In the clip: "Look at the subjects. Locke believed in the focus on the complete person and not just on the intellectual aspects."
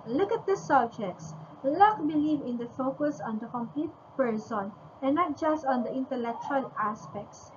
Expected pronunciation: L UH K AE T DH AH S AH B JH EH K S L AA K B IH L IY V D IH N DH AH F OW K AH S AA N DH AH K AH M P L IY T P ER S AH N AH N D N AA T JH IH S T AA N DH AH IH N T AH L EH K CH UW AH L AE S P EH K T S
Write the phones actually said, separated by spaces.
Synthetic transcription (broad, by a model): L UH K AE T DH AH S AH B JH EH K S L AA K B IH L IY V IH N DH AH F OW K AH S AA N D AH K AH M P L IY T P ER S AH N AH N N AA T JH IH S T AA N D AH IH N T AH L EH K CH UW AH L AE S P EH K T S